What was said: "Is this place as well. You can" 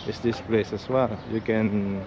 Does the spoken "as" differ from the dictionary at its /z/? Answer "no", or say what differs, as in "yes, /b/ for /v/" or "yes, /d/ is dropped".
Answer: yes, /s/ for /z/